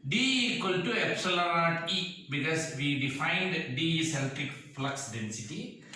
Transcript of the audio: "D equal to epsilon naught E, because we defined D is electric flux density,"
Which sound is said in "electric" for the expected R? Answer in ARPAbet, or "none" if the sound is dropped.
none